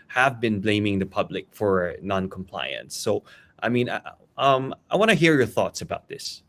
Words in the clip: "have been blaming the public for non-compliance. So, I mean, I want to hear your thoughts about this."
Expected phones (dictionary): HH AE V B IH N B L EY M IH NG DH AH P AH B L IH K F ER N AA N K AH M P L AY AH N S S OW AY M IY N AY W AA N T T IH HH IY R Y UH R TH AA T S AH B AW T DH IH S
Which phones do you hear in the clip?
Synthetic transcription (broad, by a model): HH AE V B IH N B L EY M IH NG DH AH P AH B L IH K F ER N AA N K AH M P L AY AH N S S OW AY M IY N AY W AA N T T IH HH IY R Y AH R TH AA T S AH B AW T DH IH S